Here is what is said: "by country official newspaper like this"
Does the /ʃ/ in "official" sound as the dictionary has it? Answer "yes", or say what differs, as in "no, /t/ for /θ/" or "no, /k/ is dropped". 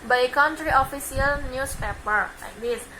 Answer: no, /s/ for /ʃ/